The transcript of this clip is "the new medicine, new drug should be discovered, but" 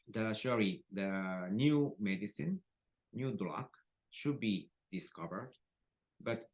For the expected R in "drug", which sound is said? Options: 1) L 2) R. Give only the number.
1